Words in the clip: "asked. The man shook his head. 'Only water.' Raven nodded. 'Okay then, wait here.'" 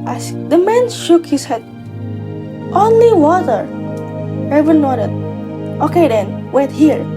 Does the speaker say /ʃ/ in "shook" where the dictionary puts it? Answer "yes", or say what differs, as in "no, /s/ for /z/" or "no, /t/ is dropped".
yes